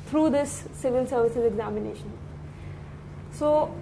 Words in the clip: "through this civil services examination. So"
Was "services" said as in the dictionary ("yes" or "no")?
yes